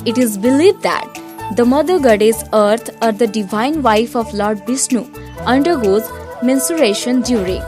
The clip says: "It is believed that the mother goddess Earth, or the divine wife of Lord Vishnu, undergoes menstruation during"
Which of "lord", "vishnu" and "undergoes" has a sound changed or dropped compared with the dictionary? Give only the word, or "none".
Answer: vishnu